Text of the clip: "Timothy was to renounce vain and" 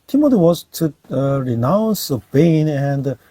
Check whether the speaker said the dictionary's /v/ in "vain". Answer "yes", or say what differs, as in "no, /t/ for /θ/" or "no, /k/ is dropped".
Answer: no, /b/ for /v/